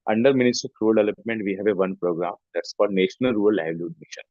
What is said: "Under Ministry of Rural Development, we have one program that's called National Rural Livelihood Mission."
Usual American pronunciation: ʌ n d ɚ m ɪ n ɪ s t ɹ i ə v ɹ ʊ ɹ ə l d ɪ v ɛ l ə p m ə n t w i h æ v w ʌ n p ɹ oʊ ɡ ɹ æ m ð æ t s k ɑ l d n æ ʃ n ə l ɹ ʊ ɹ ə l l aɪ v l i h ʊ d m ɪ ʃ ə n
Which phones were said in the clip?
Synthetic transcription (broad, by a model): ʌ n d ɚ m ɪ n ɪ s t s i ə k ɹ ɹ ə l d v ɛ l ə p m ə n t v i h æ v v ʌ n p ɹ oʊ ɡ ɹ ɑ m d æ t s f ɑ d n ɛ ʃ n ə l ɹ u ə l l aɪ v l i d m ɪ ʃ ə n